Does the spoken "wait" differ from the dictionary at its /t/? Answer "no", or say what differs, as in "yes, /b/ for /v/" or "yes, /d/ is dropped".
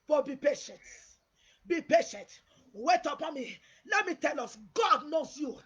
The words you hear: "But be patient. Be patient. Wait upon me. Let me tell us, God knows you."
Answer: no